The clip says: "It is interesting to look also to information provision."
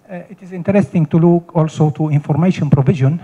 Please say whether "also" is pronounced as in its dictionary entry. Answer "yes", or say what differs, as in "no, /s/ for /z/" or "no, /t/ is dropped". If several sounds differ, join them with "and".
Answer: yes